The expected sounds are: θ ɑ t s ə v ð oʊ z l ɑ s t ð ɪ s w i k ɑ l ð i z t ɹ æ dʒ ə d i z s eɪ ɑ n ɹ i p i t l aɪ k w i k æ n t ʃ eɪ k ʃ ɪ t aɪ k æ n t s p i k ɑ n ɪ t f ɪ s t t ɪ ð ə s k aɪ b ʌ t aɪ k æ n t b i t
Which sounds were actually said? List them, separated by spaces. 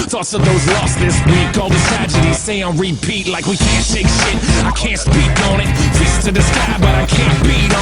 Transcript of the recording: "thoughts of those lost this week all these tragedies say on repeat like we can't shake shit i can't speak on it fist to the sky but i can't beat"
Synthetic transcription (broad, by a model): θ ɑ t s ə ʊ ð oʊ z l ɑ s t ð ɪ s w i k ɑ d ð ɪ t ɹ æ dʒ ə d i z s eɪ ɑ ɹ i p i t l aɪ k w i k æ n t ʃ eɪ k ʃ ɪ t aɪ k æ n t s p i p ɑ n ɪ t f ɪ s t t ɪ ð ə s k aɪ b ʌ t aɪ k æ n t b i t